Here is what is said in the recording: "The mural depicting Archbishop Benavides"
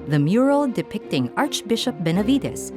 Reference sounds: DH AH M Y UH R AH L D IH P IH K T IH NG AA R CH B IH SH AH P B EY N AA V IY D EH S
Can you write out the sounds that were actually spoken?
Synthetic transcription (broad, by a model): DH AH M Y UH R AH L D IH P IH K T IH NG AA R CH B IH SH AH P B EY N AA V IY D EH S